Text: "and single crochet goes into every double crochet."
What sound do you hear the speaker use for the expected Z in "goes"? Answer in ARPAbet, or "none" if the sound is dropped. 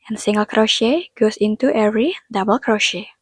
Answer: S